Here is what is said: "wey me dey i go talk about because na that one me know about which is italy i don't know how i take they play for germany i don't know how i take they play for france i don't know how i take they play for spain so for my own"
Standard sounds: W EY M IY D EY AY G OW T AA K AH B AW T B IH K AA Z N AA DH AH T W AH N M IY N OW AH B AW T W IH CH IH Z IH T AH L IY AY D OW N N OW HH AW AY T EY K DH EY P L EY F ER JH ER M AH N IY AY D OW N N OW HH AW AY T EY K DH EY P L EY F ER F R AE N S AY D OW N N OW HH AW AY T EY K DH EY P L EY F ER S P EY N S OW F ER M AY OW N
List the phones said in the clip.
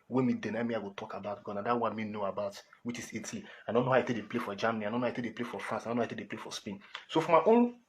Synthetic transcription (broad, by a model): W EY M IY D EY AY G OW T AA K AH B AW T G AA N AA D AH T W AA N M IY N OW AH B AW T W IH CH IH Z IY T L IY AY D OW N N OW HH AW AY T EY K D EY P L EY F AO JH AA M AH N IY AY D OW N N OW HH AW AY T EY K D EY P L EY F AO F R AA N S AY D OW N N OW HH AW AY T EY K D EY P L EY F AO S P EY N S OW F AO M AY OW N